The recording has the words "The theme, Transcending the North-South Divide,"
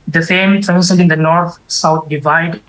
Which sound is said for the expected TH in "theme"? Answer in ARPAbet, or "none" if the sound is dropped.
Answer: F